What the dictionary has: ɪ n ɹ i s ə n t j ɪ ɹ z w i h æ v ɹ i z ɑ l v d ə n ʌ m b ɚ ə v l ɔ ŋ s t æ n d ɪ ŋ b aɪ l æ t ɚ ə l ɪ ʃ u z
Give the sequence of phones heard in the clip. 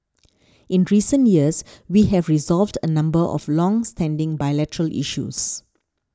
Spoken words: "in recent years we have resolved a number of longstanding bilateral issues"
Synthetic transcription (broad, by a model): ɪ n ɹ i s ə n t j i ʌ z w i h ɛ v ɹ i z ɑ l v d ə n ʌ m b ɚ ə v l ɔ ŋ s t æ n d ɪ ŋ b aɪ l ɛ t ɚ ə l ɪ ʃ u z